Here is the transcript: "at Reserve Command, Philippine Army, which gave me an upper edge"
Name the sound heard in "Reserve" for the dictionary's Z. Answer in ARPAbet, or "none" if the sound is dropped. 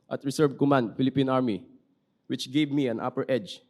S